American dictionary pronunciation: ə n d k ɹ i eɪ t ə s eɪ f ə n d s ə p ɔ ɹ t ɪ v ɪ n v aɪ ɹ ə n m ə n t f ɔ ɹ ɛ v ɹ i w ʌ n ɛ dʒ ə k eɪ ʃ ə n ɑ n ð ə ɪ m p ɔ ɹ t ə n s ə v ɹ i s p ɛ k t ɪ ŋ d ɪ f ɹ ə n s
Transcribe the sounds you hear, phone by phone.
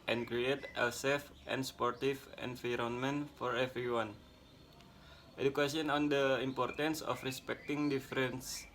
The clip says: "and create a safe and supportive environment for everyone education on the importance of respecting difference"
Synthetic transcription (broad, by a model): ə n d k ɹ i eɪ t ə s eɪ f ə n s p ɔ ɹ t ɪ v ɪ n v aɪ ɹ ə n m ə n f ɔ ɹ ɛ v ɹ i w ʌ n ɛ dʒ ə k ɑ s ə n ɑ n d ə ɪ m p ɔ ɹ t ə n s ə f ɹ i s p ɛ k t ɪ ŋ d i f ɹ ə n s